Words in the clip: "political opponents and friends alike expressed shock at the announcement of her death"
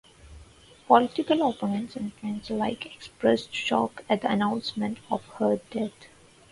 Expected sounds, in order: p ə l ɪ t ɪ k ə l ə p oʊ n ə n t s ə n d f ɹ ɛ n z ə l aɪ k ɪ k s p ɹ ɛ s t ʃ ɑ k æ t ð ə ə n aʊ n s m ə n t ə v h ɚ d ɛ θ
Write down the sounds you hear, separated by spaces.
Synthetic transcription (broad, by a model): p ə l ɪ t ɪ k ə l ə p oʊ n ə n t s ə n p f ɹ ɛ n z l aɪ k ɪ k s p ɹ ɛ s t ʃ ɑ k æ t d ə ə n aʊ n s m ə n t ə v h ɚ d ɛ t